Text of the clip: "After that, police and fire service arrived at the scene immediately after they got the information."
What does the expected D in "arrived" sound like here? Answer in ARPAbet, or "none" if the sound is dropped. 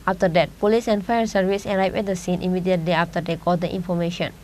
none